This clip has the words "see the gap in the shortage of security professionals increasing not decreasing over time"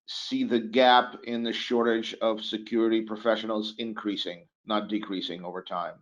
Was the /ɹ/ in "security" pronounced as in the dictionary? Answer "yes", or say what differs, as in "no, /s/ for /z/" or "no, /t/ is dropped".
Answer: yes